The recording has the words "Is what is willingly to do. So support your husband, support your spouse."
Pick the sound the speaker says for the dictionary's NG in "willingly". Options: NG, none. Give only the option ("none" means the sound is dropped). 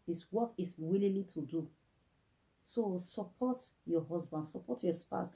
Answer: none